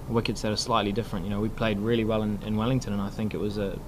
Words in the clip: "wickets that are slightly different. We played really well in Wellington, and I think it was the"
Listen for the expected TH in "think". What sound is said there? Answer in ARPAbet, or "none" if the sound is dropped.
TH